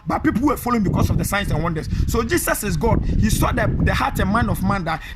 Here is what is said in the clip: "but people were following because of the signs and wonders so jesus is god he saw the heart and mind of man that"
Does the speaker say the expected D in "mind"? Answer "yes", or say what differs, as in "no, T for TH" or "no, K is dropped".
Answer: no, D is dropped